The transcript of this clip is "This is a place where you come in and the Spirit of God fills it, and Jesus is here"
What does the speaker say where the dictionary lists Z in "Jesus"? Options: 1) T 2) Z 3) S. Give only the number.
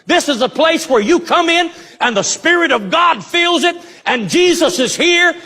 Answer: 2